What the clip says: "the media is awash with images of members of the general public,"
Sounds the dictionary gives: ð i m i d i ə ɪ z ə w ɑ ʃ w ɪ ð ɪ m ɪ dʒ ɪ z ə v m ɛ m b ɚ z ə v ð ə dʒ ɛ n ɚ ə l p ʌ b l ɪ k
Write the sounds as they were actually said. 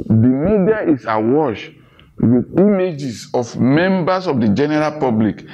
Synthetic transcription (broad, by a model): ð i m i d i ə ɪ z ə w ɑ ʃ w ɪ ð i m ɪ dʒ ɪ s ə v m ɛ m b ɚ s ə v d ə dʒ ɛ n ɚ ə l p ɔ b l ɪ k